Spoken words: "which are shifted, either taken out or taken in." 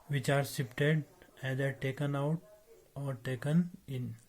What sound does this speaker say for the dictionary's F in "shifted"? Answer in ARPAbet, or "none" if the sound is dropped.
P